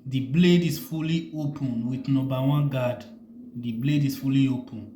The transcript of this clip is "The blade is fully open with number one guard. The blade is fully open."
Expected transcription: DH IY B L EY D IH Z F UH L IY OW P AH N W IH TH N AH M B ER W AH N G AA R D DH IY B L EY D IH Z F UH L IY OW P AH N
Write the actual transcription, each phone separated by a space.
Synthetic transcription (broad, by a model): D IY B L EY D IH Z F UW L IY OW P AH N W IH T N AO B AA W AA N G AA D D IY B L EY D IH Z F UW L IY OW P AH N